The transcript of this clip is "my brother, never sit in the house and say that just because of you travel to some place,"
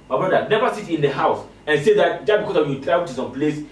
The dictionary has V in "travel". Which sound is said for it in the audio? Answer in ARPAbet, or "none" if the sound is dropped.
none